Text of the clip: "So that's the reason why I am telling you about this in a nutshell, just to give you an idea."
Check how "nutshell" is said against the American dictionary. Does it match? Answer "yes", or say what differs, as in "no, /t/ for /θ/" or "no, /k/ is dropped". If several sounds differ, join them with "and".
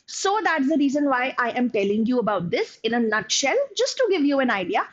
yes